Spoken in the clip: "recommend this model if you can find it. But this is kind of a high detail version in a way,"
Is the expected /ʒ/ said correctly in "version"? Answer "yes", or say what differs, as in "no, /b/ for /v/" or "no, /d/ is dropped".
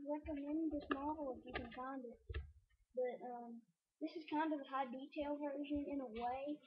yes